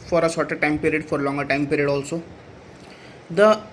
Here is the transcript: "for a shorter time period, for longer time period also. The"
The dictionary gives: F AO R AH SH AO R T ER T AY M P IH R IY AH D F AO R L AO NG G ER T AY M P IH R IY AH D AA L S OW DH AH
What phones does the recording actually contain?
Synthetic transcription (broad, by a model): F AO R AH S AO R T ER T AY M P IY R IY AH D F AO R L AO NG G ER T AY M P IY R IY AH D AA L S OW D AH